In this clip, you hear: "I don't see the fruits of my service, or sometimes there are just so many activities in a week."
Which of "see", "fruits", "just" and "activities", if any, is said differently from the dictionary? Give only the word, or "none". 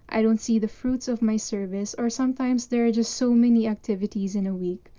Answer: none